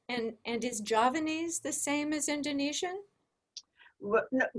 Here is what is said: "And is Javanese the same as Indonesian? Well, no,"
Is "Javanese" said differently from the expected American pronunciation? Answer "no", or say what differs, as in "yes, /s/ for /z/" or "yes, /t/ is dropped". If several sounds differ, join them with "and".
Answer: no